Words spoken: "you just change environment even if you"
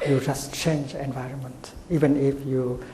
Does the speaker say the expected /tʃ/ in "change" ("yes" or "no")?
yes